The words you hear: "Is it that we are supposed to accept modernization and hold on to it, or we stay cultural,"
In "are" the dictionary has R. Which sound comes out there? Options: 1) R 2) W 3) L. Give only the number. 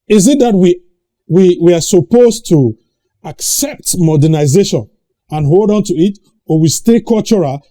2